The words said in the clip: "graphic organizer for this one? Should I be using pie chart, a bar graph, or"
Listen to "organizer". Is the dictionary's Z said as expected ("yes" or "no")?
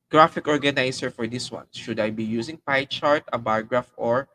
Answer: no